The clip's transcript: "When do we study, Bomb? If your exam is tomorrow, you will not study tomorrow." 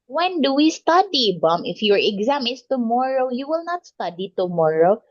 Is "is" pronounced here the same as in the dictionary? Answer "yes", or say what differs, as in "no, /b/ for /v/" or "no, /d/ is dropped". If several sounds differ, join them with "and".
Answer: no, /s/ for /z/